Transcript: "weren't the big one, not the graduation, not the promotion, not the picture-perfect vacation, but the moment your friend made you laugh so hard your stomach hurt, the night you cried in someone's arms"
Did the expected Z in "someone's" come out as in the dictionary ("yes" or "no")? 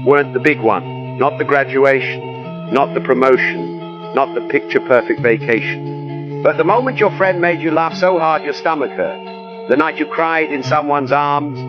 yes